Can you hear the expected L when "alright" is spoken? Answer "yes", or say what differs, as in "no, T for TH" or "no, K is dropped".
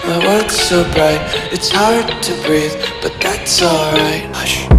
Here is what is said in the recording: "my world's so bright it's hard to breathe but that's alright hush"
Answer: yes